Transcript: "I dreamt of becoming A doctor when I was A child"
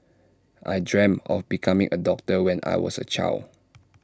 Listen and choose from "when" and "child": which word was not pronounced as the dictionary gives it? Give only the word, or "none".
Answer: child